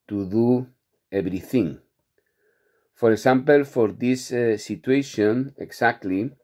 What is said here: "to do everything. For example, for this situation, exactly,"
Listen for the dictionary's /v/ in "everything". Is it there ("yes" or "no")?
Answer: no